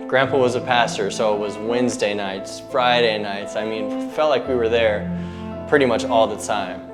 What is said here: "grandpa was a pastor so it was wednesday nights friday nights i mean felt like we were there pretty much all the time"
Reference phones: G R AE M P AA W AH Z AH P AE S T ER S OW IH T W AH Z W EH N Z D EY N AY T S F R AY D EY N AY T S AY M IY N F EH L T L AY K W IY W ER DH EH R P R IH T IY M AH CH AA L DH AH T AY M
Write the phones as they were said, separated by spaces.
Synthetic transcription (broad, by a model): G R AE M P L W AH Z AH P AE S T ER S OW IH T W AH Z W EH N Z D EY N AY T S F R AY D EY N AY T S AY M IY N F EH L T L AY K W IY W ER DH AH R P R IH T IY M AH CH AA L DH AH T AY M